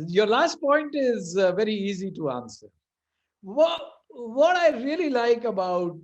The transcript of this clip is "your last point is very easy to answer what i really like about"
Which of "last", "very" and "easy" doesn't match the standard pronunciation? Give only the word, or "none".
none